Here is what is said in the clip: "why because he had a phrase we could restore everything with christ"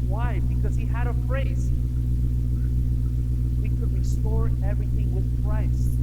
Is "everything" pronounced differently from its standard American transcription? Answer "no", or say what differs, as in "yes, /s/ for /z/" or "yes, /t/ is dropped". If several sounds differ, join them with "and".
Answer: no